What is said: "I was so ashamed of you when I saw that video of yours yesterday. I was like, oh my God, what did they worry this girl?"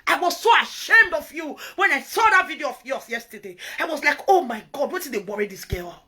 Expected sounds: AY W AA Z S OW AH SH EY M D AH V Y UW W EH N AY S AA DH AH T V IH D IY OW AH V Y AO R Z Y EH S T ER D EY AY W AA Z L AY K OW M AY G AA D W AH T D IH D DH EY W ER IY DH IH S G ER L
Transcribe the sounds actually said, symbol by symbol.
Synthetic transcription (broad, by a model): AY W AA Z S OW AH SH EY M D AH V Y UW W EH N AY S AA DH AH T V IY D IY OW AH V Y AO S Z Y EH S T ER D EY AY W AA Z L AY K OW M AY G AA D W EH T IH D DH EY W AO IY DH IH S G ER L